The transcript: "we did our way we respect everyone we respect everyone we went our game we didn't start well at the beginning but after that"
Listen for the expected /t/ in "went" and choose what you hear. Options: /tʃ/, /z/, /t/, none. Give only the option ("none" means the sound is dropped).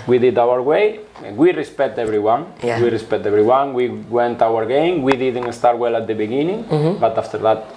/t/